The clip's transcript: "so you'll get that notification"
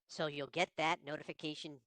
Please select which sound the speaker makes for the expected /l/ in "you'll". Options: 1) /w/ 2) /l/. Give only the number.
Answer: 2